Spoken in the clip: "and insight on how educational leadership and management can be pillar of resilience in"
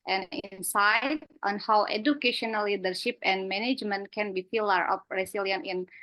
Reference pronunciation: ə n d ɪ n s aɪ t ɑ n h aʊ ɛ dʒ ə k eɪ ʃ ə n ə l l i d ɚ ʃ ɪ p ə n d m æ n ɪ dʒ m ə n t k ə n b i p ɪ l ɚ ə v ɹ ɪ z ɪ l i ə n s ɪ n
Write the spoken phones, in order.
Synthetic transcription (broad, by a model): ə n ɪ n s aɪ t ɑ n h aʊ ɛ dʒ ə k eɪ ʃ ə n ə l l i d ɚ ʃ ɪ p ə n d m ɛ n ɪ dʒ m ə n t k ə n b i f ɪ l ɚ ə p ɹ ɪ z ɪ l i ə n ɪ n